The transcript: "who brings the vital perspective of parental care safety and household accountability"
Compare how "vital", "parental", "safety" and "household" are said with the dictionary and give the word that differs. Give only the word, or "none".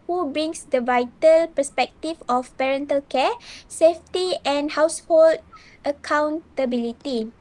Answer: none